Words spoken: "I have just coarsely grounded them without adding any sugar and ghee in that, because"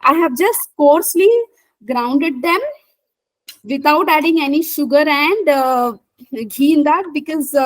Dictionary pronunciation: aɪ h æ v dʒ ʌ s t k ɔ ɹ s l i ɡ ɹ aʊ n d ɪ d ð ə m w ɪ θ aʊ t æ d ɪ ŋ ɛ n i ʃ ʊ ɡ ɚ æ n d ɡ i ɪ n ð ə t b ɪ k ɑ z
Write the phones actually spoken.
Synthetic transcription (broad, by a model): aɪ h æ v dʒ ʌ s t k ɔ ɹ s l i ɡ ɹ aʊ n d ɪ d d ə m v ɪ t aʊ t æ d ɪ ŋ ɛ n i ʃ ʊ ɡ ɚ æ n d ɡ i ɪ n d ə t b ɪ k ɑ z